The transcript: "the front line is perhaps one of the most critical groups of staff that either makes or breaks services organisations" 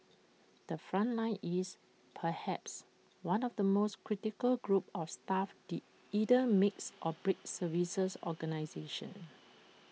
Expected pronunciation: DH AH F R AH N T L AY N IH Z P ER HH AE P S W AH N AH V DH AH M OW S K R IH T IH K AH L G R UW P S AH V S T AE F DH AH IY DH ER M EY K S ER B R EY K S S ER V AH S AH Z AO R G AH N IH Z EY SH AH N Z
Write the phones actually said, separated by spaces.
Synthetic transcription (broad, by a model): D AH F R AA N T L AY N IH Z P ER HH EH P S W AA N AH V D AH M OW S K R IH T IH K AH L G R UW P AH F S T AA F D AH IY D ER M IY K S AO B R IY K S S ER V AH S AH S AO G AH N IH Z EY SH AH N